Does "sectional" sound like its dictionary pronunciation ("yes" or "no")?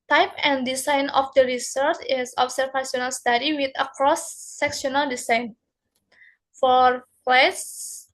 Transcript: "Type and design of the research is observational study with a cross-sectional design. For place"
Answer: no